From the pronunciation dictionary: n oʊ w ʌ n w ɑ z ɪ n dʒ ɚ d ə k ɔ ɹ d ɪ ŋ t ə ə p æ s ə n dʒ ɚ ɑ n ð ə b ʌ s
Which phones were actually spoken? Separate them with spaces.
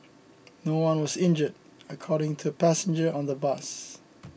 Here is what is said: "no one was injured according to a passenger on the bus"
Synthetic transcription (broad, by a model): n oʊ w ʌ n w ɑ z ɪ n dʒ ɚ d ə k ɔ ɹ d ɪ ŋ t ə ə p æ s ə n dʒ ɚ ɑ n ð ə b ʌ s